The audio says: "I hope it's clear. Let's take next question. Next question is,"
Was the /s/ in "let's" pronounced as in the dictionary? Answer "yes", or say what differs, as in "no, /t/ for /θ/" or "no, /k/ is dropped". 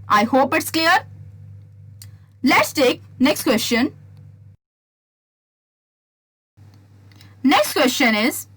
yes